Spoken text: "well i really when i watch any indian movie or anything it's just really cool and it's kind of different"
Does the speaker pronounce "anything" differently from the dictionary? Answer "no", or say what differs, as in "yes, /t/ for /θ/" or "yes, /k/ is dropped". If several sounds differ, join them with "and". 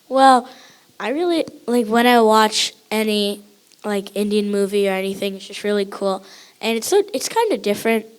no